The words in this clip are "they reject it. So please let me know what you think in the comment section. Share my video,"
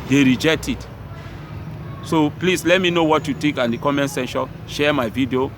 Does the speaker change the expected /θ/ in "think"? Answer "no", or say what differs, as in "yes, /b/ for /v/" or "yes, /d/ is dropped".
yes, /t/ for /θ/